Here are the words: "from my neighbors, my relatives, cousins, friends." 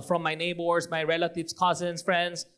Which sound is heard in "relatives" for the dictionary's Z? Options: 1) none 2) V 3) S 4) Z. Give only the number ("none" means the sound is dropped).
1